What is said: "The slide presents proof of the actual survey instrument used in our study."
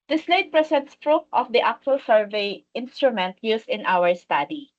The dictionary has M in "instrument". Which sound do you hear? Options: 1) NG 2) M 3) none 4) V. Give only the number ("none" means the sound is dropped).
2